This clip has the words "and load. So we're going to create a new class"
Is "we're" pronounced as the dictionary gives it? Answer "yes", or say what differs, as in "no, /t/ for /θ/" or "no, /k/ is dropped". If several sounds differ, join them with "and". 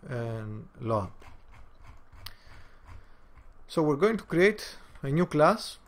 yes